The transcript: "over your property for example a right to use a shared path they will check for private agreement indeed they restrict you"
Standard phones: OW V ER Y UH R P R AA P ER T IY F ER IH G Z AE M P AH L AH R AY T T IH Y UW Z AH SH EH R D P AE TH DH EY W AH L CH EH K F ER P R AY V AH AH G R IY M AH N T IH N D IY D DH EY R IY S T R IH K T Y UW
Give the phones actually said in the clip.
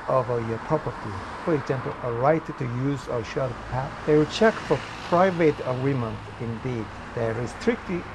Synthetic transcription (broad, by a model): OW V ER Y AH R P R AA P ER T IY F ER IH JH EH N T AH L AH R AY T T IH Y UW Z AH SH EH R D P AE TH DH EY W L CH EH K F ER P R AY V AH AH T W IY M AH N IH N D IY D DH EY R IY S T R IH K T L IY